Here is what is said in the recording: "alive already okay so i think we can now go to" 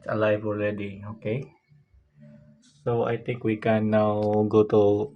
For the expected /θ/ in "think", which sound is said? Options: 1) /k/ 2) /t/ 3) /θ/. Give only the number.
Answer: 2